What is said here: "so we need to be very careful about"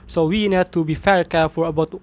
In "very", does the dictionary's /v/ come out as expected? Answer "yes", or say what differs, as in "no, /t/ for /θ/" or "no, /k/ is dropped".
no, /f/ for /v/